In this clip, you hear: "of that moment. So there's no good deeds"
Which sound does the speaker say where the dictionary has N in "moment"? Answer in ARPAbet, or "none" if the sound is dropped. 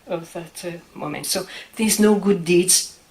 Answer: N